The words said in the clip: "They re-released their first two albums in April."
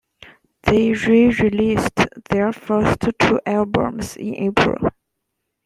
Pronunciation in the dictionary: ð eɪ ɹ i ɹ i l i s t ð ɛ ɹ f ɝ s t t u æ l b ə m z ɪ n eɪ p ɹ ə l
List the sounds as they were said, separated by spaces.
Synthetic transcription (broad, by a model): ð eɪ ɹ i ɹ i l i s t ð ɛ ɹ f ɝ s t t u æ l b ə m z ɪ n eɪ p ɹ ə l